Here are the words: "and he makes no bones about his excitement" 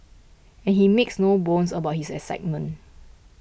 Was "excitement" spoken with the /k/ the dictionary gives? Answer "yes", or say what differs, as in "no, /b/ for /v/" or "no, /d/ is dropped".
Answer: no, /k/ is dropped